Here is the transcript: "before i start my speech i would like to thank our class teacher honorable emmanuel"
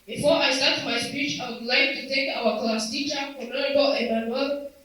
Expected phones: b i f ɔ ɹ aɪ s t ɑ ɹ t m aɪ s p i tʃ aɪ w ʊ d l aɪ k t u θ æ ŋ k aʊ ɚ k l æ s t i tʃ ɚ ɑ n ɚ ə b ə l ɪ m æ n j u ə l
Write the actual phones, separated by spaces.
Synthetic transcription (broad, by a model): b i f ɔ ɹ aɪ s t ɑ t m aɪ s p i tʃ aɪ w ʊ d l aɪ k t u t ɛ k aʊ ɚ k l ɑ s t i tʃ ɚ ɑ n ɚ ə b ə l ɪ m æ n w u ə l